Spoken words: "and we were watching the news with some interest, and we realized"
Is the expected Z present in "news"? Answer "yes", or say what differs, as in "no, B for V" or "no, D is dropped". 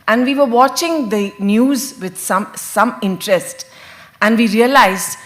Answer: yes